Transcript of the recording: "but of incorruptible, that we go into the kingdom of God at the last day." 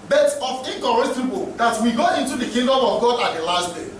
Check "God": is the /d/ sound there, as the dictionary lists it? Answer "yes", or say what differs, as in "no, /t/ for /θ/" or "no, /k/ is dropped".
yes